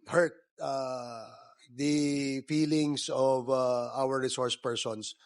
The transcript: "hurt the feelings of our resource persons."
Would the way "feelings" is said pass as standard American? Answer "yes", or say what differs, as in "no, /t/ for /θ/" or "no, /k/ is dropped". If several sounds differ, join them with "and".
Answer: no, /s/ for /z/